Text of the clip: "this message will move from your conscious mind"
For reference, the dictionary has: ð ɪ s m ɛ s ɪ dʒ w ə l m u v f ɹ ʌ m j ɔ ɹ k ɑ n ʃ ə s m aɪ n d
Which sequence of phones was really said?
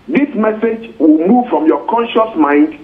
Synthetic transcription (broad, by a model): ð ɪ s m ɛ s ɪ dʒ w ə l m u v f ɹ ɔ m j ɔ k ɑ n ʃ ə s m aɪ n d